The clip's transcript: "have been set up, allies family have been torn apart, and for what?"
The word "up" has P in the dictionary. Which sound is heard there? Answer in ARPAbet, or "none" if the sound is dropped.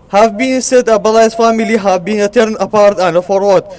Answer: B